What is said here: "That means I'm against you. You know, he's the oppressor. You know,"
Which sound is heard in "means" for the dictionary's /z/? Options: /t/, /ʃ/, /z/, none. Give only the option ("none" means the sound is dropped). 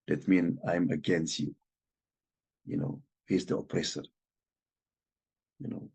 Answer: none